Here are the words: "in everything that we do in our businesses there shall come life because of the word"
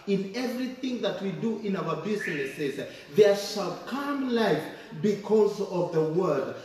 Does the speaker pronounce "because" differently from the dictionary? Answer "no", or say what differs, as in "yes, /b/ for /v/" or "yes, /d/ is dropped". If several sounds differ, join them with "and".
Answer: no